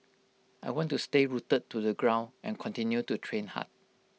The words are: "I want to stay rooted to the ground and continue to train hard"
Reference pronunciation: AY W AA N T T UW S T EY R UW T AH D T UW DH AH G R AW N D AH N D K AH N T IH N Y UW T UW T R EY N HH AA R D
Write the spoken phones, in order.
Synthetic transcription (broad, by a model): AY W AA N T T UW S T EY R UW T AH T UW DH AH G R AW N AH N K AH N T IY N Y UW T UW T R EY N HH AA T